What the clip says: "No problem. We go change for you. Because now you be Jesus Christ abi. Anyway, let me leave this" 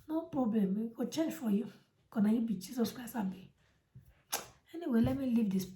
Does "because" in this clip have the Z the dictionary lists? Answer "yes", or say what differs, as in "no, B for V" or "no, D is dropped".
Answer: no, Z is dropped